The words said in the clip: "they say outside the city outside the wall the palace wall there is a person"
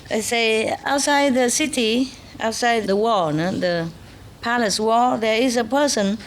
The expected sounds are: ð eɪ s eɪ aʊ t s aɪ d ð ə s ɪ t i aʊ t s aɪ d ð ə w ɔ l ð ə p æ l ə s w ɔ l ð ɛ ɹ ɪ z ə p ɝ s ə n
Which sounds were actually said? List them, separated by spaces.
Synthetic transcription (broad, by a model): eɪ s eɪ aʊ t s aɪ d ð ə s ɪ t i aʊ t s aɪ d ð ə w ɔ n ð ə p æ l ə s w ɔ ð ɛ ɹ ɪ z ə p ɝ s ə n